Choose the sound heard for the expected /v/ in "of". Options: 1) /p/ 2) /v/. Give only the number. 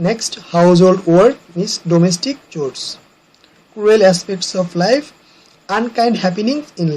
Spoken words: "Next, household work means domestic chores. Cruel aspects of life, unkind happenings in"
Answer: 1